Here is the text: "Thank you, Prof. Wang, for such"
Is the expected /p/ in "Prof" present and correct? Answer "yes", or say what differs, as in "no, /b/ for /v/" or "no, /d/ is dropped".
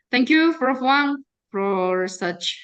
no, /f/ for /p/